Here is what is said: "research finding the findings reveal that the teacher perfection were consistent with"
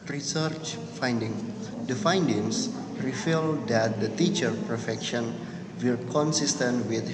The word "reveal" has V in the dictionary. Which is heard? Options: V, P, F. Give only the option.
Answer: F